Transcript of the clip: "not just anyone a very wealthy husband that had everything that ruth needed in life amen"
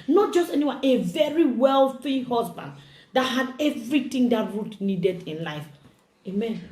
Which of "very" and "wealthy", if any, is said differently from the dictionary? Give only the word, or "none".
none